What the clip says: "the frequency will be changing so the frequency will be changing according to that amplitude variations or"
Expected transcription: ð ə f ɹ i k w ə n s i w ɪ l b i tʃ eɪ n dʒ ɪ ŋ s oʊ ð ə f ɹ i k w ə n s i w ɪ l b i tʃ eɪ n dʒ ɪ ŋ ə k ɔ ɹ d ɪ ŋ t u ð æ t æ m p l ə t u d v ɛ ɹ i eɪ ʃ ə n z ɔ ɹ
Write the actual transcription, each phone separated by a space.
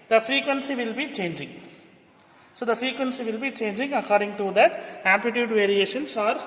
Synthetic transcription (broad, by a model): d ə f ɹ i k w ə n s i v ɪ l b i tʃ eɪ n dʒ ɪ ŋ s oʊ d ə f ɹ i k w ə n s i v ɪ l b i tʃ eɪ n dʒ ɪ ŋ ə k ɔ ɹ d ɪ ŋ t u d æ t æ p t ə t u d v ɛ ɹ i eɪ ʃ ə n s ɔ ɹ